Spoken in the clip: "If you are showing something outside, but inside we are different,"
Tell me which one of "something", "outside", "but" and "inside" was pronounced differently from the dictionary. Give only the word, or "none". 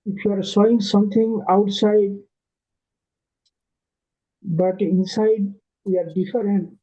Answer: something